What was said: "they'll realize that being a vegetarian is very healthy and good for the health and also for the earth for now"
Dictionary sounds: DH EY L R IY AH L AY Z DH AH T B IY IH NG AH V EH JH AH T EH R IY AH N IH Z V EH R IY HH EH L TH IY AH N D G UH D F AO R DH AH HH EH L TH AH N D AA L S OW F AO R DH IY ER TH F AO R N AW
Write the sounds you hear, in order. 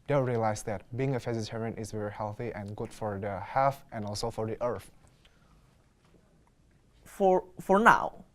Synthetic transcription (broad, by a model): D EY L R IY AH L AY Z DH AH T B IY IH NG AH F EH Z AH T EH R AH N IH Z V EH R IY HH EH L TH IY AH N G UH D F AO R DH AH HH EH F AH N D AA L S OW F AO R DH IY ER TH F AO R N AW